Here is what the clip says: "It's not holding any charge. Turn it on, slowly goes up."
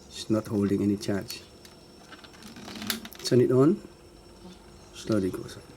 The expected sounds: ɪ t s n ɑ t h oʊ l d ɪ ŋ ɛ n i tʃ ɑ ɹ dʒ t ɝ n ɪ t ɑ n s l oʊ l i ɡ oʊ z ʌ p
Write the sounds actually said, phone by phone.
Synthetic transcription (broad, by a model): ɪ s n ɑ t h oʊ l d ɪ ŋ ɛ n i tʃ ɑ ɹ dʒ s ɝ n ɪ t ɑ n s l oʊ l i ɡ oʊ s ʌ